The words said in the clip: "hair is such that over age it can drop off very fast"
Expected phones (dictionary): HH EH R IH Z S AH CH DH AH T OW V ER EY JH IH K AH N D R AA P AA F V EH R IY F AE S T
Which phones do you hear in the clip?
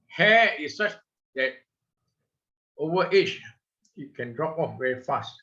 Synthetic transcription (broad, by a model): HH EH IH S S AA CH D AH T OW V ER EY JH IH K AH N D R AA P AA F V EH R IY F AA S T